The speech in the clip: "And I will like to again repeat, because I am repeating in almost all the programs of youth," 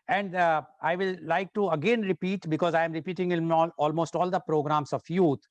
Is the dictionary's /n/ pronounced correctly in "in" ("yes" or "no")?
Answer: no